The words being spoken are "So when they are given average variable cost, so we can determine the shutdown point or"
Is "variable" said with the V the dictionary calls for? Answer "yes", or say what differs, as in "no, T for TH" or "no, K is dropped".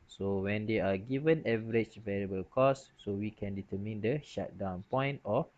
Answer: yes